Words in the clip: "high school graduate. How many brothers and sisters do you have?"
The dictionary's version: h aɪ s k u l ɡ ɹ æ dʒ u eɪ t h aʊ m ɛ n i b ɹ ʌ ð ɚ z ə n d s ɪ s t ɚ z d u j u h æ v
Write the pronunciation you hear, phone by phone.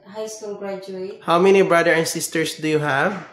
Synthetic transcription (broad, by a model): h aɪ s k u l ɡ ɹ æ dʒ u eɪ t h aʊ m ɛ n i b ɹ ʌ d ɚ ə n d s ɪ s t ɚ s d u j u h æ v